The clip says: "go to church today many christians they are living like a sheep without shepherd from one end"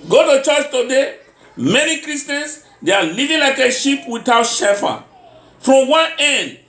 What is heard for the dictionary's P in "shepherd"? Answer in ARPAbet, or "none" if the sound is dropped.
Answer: F